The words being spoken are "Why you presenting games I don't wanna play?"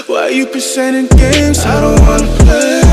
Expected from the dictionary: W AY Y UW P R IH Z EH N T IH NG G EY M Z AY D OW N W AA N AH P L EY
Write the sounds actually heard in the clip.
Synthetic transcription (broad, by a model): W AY Y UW P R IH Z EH T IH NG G EY M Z AY D OW N W AA N AH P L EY